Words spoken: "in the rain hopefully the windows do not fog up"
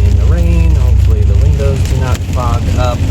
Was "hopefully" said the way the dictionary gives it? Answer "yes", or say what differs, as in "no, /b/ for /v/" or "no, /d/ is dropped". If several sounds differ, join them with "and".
no, /l/ is dropped